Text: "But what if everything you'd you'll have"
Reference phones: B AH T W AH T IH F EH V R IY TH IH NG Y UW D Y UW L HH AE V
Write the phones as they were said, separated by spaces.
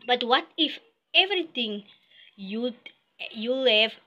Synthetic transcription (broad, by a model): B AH T W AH T IH F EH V R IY T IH NG Y UW D Y UW L HH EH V